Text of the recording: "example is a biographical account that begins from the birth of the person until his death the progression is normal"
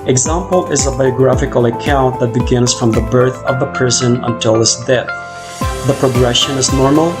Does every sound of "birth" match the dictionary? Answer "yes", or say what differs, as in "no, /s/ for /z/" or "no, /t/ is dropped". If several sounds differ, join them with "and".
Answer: yes